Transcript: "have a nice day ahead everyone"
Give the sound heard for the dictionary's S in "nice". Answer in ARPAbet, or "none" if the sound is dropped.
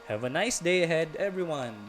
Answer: S